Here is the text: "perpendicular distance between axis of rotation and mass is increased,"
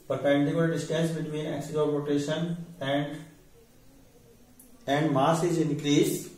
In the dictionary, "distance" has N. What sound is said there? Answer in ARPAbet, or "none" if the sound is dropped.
none